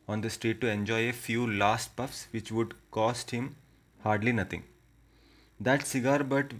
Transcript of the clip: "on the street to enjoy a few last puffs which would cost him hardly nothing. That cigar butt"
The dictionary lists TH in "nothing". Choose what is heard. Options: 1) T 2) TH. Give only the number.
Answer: 1